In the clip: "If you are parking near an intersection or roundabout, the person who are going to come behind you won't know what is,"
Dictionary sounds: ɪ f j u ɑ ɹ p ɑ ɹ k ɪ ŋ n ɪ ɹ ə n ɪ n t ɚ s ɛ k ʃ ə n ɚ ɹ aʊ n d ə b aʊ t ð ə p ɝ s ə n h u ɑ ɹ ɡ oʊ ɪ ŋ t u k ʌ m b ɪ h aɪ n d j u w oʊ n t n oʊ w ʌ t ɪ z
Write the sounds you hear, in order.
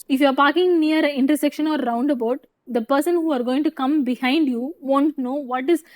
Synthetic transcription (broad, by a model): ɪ f j u ɑ ɹ p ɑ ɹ k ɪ ŋ n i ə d ɪ n t ɚ s ɛ k ʃ ə n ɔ ɹ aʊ n d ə b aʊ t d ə p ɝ s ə n h u ɑ ɹ ɡ oʊ ɪ ŋ t u k ʌ m b ɪ h aɪ n d j u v oʊ n t n oʊ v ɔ t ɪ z